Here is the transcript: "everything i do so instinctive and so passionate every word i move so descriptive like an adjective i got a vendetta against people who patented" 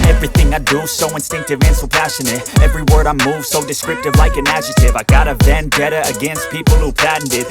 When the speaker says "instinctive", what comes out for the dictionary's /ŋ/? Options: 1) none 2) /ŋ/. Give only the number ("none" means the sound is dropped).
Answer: 2